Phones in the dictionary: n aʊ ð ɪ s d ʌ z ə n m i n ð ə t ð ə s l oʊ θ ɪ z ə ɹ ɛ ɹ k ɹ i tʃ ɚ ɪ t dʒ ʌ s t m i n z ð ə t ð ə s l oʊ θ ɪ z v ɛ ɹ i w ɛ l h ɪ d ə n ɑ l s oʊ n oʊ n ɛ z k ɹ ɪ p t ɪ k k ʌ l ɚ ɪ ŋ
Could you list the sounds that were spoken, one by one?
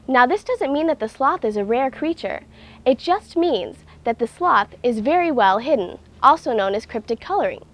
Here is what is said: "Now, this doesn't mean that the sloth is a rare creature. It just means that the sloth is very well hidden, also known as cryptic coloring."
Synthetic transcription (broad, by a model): n aʊ ð ɪ s d ʌ z ə n m i n ð ə t ð ə s l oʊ θ ɪ z ə ɹ ɛ ɹ k ɹ i tʃ ɚ ɪ t dʒ ʌ s t m i n z ð ə t ð ə s l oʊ θ ɪ z v ɛ ɹ i w ɛ l h ɪ d n ɑ l s oʊ n oʊ n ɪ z k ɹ ɪ p t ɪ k k ʌ l ɚ ɪ ŋ